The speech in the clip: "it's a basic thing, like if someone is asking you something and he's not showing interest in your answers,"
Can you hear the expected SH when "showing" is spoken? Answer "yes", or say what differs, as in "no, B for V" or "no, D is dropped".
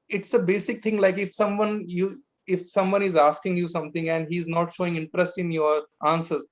yes